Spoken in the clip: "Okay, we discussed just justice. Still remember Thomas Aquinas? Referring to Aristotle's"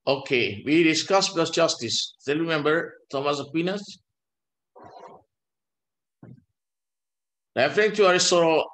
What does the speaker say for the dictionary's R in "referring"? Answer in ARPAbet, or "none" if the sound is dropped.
L